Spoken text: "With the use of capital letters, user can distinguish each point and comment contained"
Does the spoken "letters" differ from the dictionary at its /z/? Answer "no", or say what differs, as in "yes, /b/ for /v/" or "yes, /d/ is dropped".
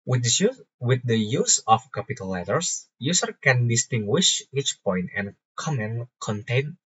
yes, /s/ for /z/